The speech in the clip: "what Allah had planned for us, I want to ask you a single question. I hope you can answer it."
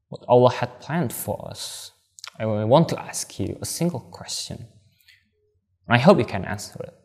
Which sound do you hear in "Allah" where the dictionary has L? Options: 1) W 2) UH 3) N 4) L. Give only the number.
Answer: 4